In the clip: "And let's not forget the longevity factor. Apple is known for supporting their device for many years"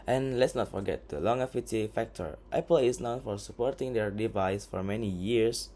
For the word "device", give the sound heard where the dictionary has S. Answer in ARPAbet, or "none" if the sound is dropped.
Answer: S